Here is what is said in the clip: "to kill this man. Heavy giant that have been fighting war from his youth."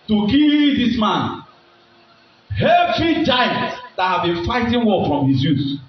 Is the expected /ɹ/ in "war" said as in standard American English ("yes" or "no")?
no